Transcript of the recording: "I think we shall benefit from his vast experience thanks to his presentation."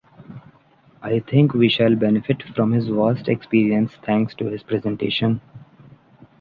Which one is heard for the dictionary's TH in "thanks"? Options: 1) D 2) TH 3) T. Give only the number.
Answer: 3